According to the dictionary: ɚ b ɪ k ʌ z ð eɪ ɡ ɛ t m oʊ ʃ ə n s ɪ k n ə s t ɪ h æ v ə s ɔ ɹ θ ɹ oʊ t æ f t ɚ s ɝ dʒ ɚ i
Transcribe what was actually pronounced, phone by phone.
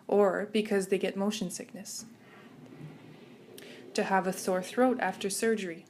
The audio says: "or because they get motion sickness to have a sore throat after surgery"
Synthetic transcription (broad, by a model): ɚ b ɪ k ʌ z ð eɪ ɡ ɛ t m oʊ ʃ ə n s ɪ k n ə s t ɪ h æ v ə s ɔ ɹ θ ɹ oʊ t æ f t ɚ s ɝ dʒ ɚ i